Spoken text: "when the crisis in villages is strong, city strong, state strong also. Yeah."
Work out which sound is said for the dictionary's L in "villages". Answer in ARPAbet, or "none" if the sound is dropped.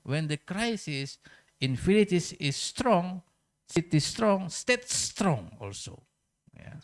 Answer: N